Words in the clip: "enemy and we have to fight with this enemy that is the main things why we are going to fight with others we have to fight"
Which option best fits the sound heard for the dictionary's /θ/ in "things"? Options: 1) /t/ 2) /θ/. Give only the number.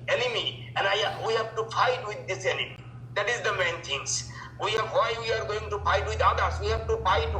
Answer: 1